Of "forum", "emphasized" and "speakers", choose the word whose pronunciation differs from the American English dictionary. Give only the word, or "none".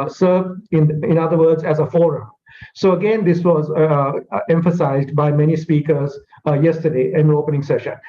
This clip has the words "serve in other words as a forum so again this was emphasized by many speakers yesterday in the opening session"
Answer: none